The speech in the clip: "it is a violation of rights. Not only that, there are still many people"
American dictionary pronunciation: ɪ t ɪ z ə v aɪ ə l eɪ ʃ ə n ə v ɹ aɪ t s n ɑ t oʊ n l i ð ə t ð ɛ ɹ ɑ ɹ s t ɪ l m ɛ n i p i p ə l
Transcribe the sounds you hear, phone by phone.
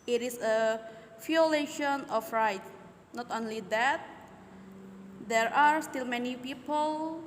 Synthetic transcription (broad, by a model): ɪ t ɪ s ə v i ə l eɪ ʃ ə n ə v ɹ aɪ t n ɑ t oʊ n l i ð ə t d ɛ ɹ ɑ ɹ s t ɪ l m ɛ n i p i p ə l